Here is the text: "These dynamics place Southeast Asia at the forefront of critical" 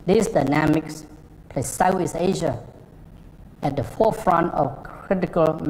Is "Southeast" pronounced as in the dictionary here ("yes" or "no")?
no